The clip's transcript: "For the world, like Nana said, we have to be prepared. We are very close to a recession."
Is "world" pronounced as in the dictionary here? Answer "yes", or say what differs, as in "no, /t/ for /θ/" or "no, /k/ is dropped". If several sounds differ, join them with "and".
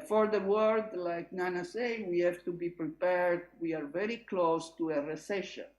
no, /l/ is dropped